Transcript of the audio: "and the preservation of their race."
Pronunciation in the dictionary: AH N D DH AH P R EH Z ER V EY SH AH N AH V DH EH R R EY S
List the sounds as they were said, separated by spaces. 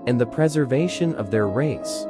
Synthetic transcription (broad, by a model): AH N DH AH P R EH Z ER V EY SH AH N AH V DH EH R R EY S